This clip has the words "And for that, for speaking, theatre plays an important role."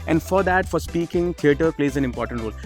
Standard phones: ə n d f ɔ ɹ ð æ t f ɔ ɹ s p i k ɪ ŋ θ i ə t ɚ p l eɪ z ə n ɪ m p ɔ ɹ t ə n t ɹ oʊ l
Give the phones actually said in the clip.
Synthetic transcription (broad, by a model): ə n d f ɔ ɹ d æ t f ɔ ɹ s p i k ɪ ŋ t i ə t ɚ p l eɪ z ə n ɪ m p ɔ ɹ t ə n t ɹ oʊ l